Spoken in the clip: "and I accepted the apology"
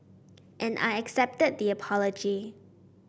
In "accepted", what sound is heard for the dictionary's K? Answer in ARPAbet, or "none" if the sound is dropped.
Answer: K